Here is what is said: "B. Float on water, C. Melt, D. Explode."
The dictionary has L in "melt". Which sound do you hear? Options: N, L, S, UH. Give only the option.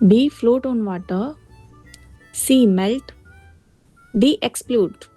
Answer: L